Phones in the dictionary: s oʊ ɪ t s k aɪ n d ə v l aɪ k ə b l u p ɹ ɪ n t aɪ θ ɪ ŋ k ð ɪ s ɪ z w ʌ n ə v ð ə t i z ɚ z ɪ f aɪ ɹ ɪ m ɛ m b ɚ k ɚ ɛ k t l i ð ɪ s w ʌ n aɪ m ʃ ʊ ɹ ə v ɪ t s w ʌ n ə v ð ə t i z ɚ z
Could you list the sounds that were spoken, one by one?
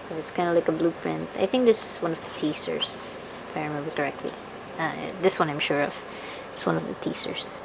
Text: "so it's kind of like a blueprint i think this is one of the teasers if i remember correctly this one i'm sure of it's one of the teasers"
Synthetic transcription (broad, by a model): s oʊ ɪ t s k aɪ n d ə l aɪ k ə b l u p ɹ ɪ n t aɪ θ ɪ ŋ k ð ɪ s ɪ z w ʌ n ə v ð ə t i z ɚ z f aɪ ɹ ɪ m ɛ m b ɚ k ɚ ɛ k t l i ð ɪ s w ʌ n aɪ m ʃ ʊ ɹ ə v ɪ t s w ʌ n ə v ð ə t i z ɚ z